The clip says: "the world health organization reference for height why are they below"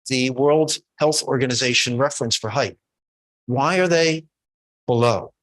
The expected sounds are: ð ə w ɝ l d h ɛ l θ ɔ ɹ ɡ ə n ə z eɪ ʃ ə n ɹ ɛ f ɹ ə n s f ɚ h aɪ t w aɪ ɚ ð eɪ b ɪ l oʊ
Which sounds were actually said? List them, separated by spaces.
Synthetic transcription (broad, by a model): ð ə w ɝ l d h ɛ l θ ɔ ɹ ɡ ə n ə z eɪ ʃ ə n ɹ ɛ f ɹ ə n s f ɚ h aɪ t w aɪ ɚ ð eɪ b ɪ l oʊ